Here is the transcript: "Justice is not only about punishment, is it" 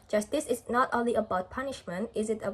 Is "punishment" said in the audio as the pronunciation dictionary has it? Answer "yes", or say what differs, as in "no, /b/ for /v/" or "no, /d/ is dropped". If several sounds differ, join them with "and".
yes